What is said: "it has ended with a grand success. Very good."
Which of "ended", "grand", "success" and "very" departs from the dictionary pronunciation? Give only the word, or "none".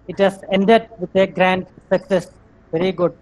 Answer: none